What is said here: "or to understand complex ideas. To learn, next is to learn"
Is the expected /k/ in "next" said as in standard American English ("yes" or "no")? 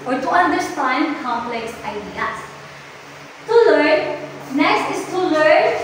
no